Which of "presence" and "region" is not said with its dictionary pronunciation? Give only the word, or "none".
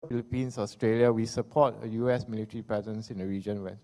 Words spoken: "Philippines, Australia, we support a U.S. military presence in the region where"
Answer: presence